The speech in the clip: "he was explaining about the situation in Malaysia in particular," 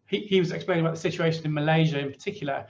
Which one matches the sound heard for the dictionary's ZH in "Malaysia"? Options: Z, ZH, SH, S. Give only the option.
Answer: ZH